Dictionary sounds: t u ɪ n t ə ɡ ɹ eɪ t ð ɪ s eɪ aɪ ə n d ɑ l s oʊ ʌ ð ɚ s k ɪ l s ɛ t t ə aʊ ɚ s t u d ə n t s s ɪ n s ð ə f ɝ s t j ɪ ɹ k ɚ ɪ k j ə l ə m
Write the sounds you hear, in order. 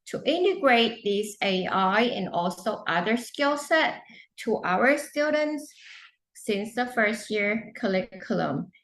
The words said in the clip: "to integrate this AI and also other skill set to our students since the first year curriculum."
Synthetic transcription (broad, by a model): t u ɪ n t ə ɡ ɹ eɪ t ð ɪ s eɪ aɪ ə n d ɑ l s oʊ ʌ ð ɚ s k ɪ l s ɛ t t ə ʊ ɚ s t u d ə n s s ɪ n s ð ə f ɝ s t j ɪ ɹ k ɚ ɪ k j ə l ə m